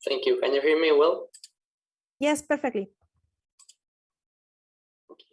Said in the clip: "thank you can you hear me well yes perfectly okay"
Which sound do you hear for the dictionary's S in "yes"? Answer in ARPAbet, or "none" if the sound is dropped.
S